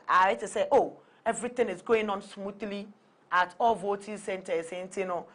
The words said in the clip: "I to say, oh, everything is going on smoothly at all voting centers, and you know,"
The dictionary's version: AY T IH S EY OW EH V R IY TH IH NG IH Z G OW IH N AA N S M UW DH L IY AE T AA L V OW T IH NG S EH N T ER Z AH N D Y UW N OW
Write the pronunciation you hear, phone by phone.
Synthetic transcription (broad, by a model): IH T IH S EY OW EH V R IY T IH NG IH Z G OW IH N AA N S M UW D L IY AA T AA L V OW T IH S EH N T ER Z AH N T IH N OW